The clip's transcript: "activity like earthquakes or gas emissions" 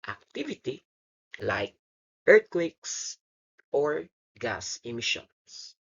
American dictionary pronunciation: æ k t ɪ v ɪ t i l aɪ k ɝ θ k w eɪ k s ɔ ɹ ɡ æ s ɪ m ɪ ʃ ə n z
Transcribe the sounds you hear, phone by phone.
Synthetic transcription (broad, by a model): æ k t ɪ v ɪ t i l aɪ k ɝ t k w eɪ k s ɔ ɹ ɡ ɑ s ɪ m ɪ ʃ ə n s